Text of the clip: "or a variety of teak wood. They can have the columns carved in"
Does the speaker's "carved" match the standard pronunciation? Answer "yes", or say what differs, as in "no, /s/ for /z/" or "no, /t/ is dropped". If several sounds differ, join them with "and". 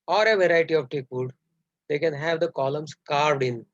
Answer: yes